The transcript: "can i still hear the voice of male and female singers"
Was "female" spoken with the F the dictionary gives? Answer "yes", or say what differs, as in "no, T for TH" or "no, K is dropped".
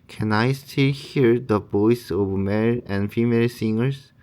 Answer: yes